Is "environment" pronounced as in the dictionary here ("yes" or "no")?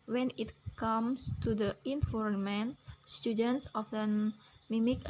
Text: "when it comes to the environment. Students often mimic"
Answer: no